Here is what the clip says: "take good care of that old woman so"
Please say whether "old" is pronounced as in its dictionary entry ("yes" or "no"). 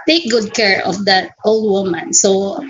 yes